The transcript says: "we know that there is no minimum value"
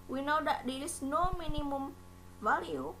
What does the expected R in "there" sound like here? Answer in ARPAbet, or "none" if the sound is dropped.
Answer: L